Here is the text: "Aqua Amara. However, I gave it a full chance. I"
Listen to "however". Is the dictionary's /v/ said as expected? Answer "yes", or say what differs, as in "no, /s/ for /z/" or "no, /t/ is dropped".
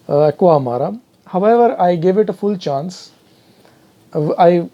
yes